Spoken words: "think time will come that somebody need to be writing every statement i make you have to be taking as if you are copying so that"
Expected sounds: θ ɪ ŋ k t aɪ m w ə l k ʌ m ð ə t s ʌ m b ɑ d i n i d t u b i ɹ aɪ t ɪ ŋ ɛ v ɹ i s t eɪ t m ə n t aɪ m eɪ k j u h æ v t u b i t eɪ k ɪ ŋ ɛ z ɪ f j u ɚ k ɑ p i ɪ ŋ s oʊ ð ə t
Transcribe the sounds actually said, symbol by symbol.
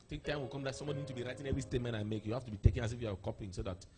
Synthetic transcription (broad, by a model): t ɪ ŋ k t aɪ m w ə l k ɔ m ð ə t s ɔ m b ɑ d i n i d t u b i ɹ aɪ t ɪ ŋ ɛ v ɹ i s t eɪ t m ə n t aɪ m eɪ k j u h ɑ f t u b i t eɪ k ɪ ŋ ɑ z ɪ f j u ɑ k ɑ p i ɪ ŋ s oʊ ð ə t